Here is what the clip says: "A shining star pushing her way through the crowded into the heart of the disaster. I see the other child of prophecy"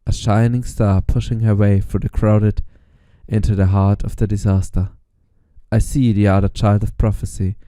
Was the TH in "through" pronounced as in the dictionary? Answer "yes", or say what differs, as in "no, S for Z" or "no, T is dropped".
no, F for TH